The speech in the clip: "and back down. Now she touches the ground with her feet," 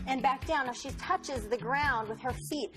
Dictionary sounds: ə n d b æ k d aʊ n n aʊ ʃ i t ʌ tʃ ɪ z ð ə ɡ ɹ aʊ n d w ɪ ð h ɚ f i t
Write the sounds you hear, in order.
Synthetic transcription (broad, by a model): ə n b æ k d aʊ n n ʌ ʃ i t ʌ tʃ ɪ z ð ə ɡ ɹ aʊ n d w ɪ ð ɚ f i t